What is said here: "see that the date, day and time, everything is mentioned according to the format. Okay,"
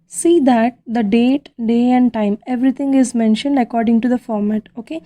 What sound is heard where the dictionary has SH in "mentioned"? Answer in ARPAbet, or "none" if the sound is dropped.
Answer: SH